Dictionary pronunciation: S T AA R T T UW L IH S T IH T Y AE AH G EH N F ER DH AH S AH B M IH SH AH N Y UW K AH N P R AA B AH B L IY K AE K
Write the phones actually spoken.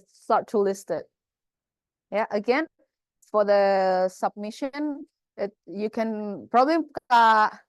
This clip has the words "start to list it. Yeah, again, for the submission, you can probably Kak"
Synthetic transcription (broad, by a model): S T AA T T UW L IH S T IH T Y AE AH G EH N F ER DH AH S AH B M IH SH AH N Y UW K AH N P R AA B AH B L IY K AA